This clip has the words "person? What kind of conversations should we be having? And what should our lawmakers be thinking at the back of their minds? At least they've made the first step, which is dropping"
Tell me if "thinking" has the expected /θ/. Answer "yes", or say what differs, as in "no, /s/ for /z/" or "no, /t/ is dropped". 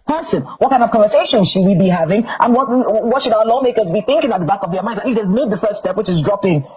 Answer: yes